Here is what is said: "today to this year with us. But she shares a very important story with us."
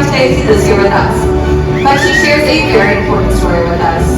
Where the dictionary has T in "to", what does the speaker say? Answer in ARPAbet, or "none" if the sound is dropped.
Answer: S